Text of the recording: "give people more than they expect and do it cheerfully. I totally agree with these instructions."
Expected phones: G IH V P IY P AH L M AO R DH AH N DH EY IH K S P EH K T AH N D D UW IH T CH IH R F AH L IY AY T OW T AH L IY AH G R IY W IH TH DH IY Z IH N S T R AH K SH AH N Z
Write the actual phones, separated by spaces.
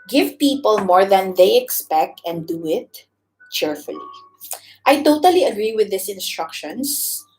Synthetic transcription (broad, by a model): G IH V P IY P AH L M AO R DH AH N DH EY IH K S P EH K T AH N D D UW IH T CH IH R F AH L IY AY T OW T AH L IY AH G R IY W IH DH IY S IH N S T R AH K SH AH N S